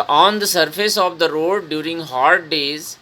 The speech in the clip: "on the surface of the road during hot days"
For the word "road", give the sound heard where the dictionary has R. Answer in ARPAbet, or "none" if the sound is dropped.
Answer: R